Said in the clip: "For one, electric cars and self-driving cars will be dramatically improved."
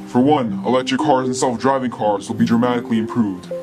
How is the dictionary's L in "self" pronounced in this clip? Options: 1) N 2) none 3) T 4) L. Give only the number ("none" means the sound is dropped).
4